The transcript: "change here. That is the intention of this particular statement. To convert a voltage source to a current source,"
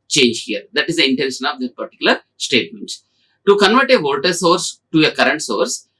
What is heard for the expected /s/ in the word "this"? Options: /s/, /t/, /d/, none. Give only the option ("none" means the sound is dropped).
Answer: none